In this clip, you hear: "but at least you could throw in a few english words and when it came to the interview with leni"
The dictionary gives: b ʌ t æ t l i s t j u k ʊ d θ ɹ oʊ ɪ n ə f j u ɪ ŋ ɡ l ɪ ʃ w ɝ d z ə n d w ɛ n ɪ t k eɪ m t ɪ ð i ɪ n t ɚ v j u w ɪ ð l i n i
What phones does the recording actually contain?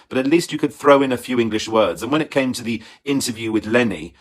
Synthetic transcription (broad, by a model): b ʌ t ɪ t l i s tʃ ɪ k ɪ d θ ɹ oʊ ɪ n ə f j u ɪ ŋ ɡ l ɪ ʃ w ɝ d z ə n w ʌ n ɪ t k eɪ m t ɪ ð i ɪ n t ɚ v j u w ɪ ð l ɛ n i